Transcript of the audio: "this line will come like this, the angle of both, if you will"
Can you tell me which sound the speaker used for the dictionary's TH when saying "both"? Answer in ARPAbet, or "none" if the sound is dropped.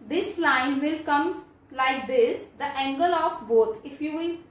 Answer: T